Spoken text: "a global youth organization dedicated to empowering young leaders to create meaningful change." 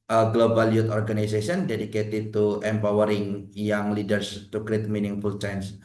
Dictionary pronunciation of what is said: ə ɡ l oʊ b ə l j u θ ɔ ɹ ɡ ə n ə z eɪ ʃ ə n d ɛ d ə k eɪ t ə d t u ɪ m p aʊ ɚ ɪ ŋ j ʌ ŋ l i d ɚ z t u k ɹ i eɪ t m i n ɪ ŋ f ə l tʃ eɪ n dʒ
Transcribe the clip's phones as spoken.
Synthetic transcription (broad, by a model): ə ɡ l oʊ b ə l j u t ɔ ɹ ɡ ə n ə s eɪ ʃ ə n d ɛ d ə k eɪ t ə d t u ɪ m p aʊ ɚ ɪ ŋ j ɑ ŋ l i d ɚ s t u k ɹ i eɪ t m i n ɪ ŋ f ə l tʃ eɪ n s